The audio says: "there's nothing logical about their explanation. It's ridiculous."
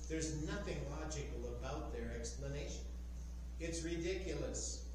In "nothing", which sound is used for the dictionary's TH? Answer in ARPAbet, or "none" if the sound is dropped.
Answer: TH